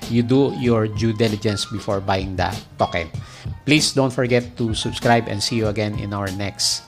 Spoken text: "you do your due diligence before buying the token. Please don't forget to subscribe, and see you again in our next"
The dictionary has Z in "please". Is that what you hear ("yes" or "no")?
no